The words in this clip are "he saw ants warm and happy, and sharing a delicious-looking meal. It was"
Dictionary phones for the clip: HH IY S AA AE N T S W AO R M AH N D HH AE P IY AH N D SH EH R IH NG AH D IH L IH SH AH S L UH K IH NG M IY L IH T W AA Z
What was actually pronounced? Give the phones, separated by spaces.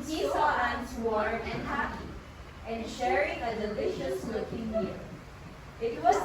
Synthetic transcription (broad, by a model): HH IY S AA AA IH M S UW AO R AH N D HH AE P IY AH N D SH EH R IH NG AH D IH L IH SH AH S L UH K IH NG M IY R IH T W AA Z